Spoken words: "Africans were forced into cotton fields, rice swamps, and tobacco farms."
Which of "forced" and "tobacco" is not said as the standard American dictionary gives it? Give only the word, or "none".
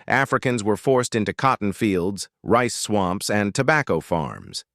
none